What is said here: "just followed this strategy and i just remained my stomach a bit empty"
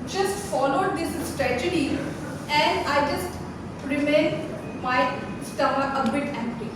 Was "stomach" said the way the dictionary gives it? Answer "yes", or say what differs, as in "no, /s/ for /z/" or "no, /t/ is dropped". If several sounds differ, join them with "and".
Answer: no, /k/ is dropped